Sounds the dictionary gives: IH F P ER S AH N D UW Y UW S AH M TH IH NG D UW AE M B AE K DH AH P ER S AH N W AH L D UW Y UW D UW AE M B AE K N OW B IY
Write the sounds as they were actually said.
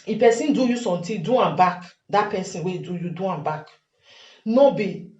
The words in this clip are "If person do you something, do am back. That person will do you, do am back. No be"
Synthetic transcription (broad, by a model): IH P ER S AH N D UW Y UW S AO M T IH D UW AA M B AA K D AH P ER S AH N W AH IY D UW Y UW D UW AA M B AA K N OW B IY